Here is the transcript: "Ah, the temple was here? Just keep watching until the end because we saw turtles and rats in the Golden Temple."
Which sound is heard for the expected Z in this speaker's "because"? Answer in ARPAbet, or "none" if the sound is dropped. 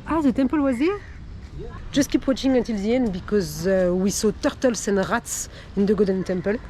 Z